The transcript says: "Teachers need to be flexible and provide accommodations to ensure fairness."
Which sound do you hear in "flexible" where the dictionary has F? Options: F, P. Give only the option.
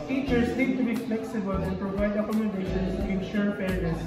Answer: F